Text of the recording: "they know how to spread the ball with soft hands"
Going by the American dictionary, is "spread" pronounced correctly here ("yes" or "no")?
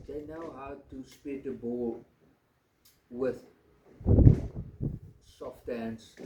no